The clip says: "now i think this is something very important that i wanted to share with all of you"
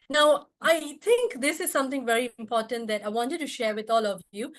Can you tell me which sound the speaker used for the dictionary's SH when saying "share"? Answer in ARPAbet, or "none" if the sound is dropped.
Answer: SH